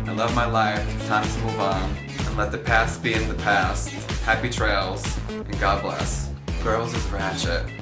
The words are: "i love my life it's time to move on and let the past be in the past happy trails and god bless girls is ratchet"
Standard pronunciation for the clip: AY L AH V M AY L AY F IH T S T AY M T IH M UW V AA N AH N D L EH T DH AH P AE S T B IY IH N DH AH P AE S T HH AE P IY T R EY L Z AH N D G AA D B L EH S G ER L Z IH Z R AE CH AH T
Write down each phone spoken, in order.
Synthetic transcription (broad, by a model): AY L AH V M AY L AY F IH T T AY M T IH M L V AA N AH N L EH T DH AH P AE S T B IY IH N DH AH P AE S T HH AE P IY T R EY L Z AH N G AA D B L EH S G ER L Z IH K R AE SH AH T